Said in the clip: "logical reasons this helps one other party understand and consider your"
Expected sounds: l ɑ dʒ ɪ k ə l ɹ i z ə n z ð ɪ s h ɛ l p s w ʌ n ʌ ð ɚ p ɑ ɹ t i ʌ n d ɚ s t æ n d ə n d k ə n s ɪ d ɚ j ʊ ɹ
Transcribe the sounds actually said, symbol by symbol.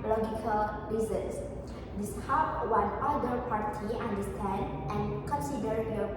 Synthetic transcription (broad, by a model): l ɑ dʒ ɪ k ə l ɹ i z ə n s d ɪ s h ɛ p w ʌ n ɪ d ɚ p ɑ ɹ t i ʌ n d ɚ s t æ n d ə n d k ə n s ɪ d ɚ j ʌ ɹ